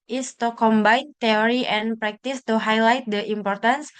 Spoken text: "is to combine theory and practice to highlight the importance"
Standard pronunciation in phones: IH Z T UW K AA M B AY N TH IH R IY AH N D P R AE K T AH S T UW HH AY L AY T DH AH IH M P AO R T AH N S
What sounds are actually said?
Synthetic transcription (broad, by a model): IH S T UW K AA M B AY N T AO R IY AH N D P R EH K T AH S T UW HH AY L AY T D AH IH M P AO R T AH N S